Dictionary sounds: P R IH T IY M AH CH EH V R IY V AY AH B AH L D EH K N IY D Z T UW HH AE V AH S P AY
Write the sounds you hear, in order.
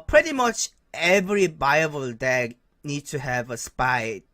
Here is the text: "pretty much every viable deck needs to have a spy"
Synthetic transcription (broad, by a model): P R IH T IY M AH CH EH V R IY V AY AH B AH L D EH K N IY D T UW HH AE V AH S P AY